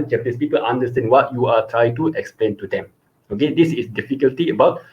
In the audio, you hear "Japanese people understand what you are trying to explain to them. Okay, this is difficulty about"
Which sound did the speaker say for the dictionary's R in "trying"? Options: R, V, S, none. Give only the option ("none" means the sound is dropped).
R